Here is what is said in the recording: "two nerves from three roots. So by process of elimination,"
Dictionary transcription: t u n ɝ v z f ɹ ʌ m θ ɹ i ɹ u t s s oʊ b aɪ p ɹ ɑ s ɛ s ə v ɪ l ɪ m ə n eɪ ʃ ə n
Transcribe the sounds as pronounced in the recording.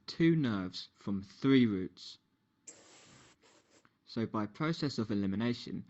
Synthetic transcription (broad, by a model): t u n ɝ v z f ɹ ʌ m θ ɹ i ɹ u t s s oʊ b aɪ p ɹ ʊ s ɛ s ə v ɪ l ɪ m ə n eɪ ʃ ə n